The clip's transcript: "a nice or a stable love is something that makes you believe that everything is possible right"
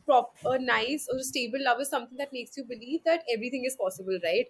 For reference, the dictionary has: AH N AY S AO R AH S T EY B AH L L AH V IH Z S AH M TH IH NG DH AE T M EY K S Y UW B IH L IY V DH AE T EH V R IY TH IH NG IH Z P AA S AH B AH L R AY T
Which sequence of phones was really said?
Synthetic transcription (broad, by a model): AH N AY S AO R S T EY B AH L L AH V IH Z S AH M T IH NG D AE T M EY K S Y UW B IH L IY V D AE T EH V R IY T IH NG IH Z P AA S AH B AH L R AY T